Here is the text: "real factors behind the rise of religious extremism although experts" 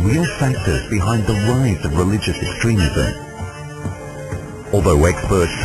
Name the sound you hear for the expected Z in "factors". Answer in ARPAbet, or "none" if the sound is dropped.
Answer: Z